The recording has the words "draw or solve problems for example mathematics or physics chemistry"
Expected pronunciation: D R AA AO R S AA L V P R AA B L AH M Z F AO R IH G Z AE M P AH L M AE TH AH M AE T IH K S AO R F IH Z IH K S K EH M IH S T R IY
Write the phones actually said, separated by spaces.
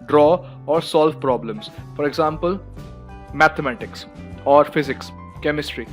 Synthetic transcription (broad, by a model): D R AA AO R S AA L V P R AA B L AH M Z F AO R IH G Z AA M P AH L M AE T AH M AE T IH K S AO R F IH Z IH K S K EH M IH S T R IY